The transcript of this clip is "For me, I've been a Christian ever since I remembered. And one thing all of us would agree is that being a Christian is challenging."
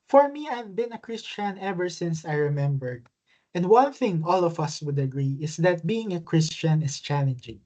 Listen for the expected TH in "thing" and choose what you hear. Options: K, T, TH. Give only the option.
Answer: TH